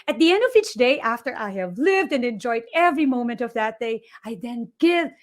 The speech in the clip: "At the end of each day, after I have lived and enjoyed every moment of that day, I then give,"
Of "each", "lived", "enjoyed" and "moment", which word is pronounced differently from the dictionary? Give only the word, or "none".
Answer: none